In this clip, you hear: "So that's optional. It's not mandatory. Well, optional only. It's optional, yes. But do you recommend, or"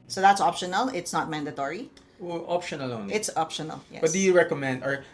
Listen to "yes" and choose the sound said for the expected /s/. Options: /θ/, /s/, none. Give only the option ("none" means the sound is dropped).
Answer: none